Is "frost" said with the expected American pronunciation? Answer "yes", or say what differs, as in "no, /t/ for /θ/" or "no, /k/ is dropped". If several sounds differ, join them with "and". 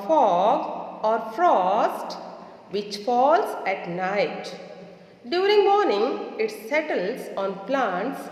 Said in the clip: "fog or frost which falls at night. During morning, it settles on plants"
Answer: yes